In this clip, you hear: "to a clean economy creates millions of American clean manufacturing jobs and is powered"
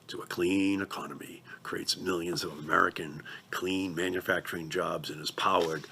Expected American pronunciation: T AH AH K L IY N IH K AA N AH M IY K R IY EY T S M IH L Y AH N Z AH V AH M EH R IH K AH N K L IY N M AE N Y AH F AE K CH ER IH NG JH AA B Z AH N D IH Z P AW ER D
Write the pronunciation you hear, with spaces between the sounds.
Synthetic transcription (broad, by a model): T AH AH K L IY N IH K AA N AH M IY K R IY EY T S M IH L Y AH N Z AH V AH M EH R IH K AH N K L IY N M AE N Y AH F AE K CH ER IH NG JH AA B Z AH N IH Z P AW ER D